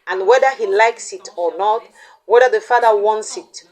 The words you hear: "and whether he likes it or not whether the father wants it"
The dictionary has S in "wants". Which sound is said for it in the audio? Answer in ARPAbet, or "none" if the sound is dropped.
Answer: S